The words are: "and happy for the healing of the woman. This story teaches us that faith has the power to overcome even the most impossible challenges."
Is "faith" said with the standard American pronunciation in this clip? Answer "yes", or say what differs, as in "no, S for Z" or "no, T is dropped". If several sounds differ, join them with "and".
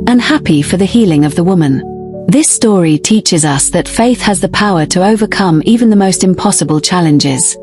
yes